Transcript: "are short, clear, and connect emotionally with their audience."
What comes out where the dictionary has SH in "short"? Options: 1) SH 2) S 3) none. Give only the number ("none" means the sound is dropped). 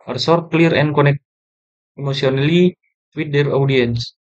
2